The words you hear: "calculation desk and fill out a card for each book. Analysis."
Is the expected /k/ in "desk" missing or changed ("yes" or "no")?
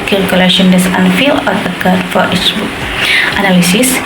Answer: yes